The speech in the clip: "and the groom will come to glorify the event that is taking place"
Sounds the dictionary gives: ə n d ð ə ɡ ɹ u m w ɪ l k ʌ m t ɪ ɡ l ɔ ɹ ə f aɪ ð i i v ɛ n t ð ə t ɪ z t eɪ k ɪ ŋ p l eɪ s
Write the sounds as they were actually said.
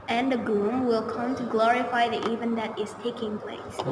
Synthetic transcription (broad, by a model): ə n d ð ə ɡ l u m w ɪ l k ʌ m t ɪ ɡ l ɔ ɹ ə f aɪ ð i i v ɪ n ð ə t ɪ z t eɪ k ɪ ŋ p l eɪ s